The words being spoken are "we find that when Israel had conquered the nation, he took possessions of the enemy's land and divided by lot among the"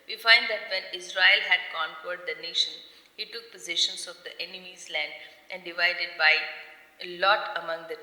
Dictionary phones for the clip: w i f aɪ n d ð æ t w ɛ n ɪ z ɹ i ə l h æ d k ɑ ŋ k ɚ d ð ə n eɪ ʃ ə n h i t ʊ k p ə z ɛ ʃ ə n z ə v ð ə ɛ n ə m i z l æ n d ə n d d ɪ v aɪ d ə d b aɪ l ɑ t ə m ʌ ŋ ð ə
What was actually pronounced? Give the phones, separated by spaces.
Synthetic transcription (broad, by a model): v i f aɪ n d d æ t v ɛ n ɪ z ɹ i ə l h æ d k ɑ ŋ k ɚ d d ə n eɪ ʃ ə n h i t ʊ k p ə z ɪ ʃ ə n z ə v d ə ɛ n ə m i z l æ n d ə n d d ɪ v aɪ d ə d b aɪ l ɑ t ə m ʌ ŋ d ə